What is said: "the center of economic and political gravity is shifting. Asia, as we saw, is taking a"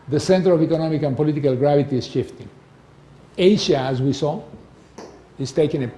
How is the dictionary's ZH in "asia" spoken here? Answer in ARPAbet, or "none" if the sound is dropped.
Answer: SH